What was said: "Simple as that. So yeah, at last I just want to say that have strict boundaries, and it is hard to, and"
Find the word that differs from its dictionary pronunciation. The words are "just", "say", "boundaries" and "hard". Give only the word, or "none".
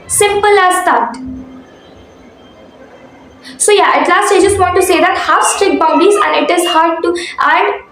boundaries